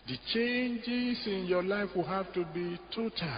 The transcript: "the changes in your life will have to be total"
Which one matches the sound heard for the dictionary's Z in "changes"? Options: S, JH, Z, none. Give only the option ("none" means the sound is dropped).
S